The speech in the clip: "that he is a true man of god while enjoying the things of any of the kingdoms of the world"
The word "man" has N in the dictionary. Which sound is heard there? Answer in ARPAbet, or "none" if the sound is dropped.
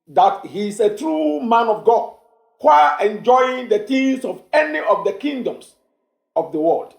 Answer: N